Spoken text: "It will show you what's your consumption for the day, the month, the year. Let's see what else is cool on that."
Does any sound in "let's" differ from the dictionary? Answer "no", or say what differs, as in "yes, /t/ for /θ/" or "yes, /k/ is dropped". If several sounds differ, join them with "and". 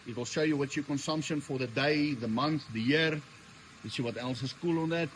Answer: yes, /w/ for /l/